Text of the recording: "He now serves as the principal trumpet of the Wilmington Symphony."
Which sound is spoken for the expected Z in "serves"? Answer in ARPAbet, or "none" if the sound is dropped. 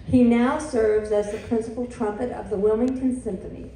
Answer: Z